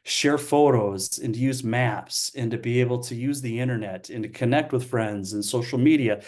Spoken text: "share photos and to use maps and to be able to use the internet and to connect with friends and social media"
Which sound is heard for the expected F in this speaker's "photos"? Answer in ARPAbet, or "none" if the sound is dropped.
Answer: F